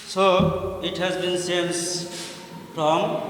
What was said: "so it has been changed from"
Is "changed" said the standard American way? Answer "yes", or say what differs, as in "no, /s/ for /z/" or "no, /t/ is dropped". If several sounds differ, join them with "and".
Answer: no, /s/ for /tʃ/